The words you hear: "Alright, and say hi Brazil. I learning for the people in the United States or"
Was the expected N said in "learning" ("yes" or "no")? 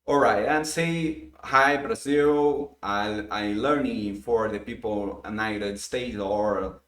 yes